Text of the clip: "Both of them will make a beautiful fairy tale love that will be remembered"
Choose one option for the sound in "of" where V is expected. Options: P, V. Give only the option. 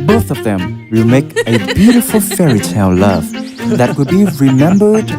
V